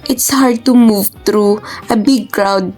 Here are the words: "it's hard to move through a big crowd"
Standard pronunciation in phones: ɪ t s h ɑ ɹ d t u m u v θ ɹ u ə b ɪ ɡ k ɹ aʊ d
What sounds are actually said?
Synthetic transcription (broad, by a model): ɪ t s h ɑ ɹ d t u m u v t ɹ u ə b ɪ ɡ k ɹ aʊ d